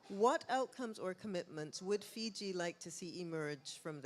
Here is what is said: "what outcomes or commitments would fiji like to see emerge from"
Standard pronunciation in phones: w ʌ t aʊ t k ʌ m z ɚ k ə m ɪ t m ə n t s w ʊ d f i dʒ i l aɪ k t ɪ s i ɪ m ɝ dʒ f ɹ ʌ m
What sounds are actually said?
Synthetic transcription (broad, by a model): w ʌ t aʊ t k ʌ m z ɚ k ə m ɪ t m ə n t s w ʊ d f i dʒ i l aɪ k t ɪ s i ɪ m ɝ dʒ f ɹ ʌ m